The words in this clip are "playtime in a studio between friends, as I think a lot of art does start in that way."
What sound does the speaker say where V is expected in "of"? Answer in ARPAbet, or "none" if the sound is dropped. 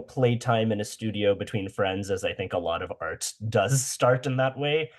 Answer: V